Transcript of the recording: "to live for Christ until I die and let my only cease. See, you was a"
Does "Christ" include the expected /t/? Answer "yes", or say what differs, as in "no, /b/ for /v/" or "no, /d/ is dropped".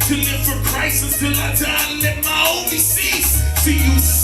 no, /t/ is dropped